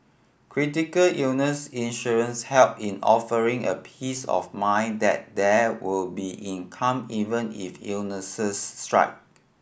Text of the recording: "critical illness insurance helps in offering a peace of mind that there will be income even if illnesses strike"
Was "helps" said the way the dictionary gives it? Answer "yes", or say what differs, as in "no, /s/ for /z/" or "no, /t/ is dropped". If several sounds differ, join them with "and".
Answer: no, /s/ is dropped